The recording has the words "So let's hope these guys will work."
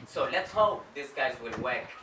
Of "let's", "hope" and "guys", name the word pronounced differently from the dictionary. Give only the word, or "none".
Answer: none